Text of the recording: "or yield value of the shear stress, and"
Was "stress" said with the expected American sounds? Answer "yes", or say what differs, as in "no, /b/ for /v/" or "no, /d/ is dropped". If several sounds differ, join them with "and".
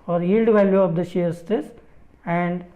no, /ɹ/ is dropped